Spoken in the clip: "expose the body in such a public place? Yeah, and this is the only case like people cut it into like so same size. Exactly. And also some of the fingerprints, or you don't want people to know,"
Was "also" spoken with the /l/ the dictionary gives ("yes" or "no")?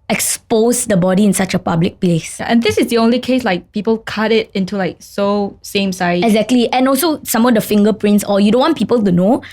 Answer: yes